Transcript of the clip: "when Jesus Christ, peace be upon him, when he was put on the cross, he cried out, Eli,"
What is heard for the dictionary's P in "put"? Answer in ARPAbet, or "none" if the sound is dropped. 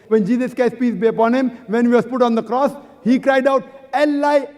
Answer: P